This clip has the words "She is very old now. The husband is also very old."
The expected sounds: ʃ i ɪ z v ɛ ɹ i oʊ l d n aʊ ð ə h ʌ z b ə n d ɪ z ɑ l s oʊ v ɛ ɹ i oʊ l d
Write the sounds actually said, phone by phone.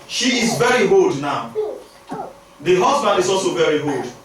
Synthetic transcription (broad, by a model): ʃ i ɪ z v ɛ ɹ i oʊ l d n aʊ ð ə h ʌ z b ə n d ɪ z ɑ l s oʊ v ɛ ɹ i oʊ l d